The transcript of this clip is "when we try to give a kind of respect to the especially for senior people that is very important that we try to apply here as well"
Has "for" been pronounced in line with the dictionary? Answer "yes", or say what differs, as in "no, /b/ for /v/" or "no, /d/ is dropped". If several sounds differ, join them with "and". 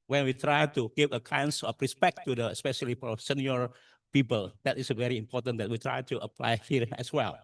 no, /p/ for /f/